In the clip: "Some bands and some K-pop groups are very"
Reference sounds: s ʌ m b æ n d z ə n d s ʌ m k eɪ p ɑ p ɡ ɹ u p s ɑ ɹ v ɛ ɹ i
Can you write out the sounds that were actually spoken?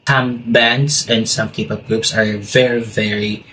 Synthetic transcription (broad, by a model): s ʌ m b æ n d s ə n d s ʌ m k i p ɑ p ɡ ɹ u p s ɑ ɹ v ɛ ɹ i